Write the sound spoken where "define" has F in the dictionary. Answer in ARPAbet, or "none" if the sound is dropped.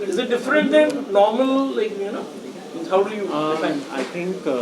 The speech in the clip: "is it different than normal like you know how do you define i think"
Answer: none